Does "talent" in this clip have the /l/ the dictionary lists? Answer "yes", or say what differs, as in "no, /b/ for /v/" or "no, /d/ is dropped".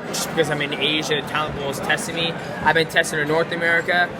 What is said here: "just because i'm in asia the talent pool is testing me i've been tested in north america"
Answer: no, /l/ is dropped